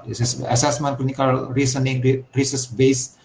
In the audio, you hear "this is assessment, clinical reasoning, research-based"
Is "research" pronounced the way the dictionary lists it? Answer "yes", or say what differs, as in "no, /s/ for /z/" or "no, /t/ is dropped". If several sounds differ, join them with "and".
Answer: no, /s/ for /tʃ/